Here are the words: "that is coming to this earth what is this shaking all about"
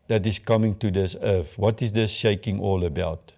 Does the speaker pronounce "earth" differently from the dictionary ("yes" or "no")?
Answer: yes